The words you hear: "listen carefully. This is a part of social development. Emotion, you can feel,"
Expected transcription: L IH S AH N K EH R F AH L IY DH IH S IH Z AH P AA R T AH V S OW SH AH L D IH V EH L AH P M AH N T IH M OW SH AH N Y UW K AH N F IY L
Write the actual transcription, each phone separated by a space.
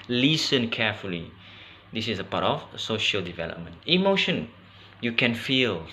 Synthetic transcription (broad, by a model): L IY S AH N K EH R F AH L IY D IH S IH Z AH P AA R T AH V S OW SH AH L D IH V EH L AH P M AH N T IH M OW SH AH N Y UW K AH N F IY L